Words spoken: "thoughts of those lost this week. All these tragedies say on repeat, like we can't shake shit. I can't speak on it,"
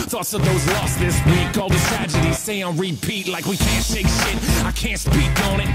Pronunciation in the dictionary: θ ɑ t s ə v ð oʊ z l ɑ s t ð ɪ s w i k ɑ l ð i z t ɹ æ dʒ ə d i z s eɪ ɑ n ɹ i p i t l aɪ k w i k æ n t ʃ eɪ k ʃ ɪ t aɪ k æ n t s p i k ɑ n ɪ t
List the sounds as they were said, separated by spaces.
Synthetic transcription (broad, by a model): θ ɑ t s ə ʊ ð oʊ z l ɑ s t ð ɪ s w i k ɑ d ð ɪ t ɹ æ dʒ ə d i z s eɪ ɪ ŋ ɹ i p i t l aɪ k w i k æ n t ʃ eɪ k ʃ ɪ t aɪ k æ n t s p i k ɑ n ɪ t